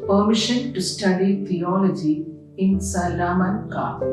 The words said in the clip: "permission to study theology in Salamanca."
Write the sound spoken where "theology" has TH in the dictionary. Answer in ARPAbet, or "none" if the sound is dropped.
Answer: T